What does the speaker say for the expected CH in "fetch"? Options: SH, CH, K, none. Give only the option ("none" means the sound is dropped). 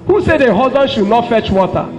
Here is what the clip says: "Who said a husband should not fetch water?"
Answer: CH